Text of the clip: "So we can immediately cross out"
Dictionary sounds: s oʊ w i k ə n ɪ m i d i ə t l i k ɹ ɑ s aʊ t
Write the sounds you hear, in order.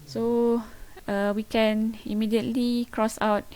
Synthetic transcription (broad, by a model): s oʊ w i k ə n ɪ m i d i ə t l i k ɹ ɑ s aʊ t